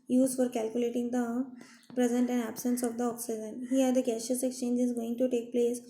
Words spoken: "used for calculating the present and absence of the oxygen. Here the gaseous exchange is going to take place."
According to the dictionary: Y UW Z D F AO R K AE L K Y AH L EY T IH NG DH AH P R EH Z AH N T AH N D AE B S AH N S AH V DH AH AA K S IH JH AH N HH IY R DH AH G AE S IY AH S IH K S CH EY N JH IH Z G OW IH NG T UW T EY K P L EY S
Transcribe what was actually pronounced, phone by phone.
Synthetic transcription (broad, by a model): Y UW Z F AO R K AE L K Y AH L EY T IH NG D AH P R EH Z AH N T AH N D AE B S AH N S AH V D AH AA K S IH JH AH N HH IY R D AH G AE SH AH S IH K S CH EY N JH IH Z G OW IH NG T UW T EY K P L EY S